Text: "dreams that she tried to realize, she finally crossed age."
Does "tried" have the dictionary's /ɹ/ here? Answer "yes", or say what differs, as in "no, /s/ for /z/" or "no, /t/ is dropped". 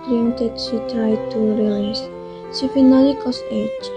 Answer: no, /ɹ/ is dropped